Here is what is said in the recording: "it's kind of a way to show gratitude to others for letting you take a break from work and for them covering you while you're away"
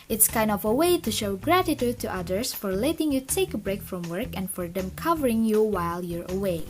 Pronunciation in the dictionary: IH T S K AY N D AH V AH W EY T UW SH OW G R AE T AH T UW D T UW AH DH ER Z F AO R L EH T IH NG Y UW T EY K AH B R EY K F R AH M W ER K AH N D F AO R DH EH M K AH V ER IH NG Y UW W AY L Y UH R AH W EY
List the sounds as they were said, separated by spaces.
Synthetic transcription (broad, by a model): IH T S K AY N D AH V AH W EY T UW SH OW G R AE T AH T UW D T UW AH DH ER S F AO R L EH T IH NG Y UW T EY K AH B R EY K F R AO M W ER K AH N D F AO R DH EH M K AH V ER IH NG Y UW W AY L Y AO R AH W EY